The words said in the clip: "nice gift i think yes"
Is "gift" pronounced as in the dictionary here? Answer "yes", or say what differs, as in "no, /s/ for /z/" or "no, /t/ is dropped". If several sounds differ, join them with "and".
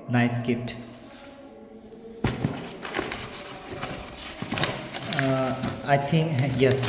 no, /p/ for /f/